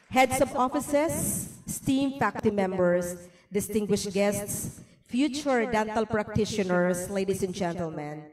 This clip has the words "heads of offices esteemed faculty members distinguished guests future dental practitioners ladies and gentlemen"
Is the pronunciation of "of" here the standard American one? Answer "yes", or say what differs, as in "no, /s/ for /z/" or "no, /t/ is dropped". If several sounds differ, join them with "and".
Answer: no, /b/ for /v/